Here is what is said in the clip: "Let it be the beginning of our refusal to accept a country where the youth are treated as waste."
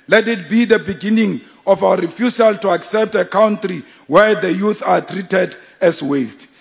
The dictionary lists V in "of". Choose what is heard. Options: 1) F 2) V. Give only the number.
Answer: 1